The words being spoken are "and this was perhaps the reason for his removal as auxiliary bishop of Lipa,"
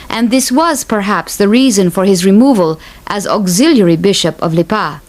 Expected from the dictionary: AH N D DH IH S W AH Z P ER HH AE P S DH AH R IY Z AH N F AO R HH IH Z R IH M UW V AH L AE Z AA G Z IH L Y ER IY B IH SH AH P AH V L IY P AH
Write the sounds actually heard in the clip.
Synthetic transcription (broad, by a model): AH N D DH IH S W AH Z P ER HH AE P S DH AH R IY Z AH N F AO R HH IH Z R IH M UW V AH L AE Z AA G Z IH L Y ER IY B IH SH AH P AH V L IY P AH